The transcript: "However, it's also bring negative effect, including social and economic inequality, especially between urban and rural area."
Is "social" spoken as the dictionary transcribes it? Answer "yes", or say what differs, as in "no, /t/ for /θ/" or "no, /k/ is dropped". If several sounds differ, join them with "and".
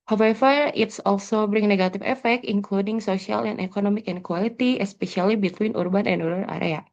no, /s/ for /ʃ/